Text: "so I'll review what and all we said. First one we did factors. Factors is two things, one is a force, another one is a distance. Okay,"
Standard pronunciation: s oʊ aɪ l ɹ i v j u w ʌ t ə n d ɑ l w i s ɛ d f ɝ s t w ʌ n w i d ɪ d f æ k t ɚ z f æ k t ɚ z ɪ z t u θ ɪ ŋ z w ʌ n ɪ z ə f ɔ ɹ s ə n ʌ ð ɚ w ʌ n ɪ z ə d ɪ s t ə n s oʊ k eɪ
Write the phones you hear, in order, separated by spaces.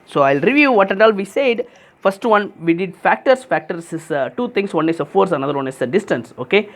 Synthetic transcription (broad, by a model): s oʊ aɪ l ɹ i v j u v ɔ t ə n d ɑ l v i s ɛ d f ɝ s t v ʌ n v i d ɪ d f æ k t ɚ s f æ k t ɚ s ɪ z t u t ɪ ŋ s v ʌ n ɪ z ə f ɔ ɹ s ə n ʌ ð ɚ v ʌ n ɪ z ə d ɪ s t ə n s oʊ k eɪ